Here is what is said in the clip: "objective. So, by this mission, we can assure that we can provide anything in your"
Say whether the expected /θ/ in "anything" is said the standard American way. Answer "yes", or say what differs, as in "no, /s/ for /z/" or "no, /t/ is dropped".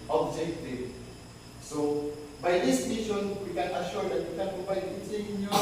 no, /s/ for /θ/